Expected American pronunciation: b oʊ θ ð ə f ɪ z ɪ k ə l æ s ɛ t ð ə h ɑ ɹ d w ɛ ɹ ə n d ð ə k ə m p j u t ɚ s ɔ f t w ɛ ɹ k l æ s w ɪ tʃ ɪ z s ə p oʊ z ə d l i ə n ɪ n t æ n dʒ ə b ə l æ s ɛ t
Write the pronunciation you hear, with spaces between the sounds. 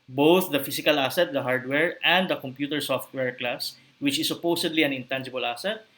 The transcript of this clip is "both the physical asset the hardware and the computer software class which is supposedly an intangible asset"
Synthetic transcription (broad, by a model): b oʊ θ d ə f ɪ s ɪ k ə l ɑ s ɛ t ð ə h ɑ ɹ d w ɛ ɹ ə n d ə k ə m p j u t ɚ s ɔ f t w ɛ ɹ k l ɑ s w ɪ tʃ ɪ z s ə p oʊ s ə d l i ə n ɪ n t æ n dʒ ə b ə l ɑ s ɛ t